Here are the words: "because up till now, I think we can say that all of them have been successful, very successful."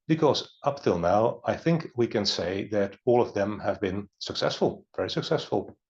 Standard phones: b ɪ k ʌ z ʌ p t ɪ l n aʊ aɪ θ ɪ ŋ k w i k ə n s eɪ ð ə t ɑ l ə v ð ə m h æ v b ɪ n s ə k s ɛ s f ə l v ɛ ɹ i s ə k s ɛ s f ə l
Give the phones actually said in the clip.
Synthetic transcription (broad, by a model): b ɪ k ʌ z ʌ p t ɪ l n aʊ aɪ θ ɪ ŋ k w i k ə n s eɪ ð ə t ɑ l ə v ð ə m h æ v b ɪ n s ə k s ɛ s f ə l v ɛ ɹ i s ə k s ɛ s f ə l